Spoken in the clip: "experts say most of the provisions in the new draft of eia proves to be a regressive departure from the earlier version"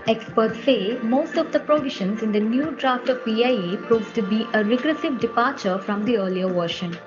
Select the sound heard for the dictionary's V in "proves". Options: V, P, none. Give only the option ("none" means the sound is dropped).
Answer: none